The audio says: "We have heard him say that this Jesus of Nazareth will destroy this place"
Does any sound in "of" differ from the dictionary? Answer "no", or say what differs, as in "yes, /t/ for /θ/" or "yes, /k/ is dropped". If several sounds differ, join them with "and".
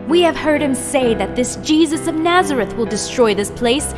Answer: no